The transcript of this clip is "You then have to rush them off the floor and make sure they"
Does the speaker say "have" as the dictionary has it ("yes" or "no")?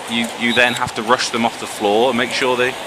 no